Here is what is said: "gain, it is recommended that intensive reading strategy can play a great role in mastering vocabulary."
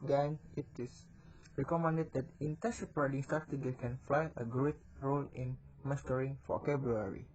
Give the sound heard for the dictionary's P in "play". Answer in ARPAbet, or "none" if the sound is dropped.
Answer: F